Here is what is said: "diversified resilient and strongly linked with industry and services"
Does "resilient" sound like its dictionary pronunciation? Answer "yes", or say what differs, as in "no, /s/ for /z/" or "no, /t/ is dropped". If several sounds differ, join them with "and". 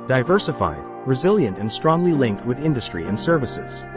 yes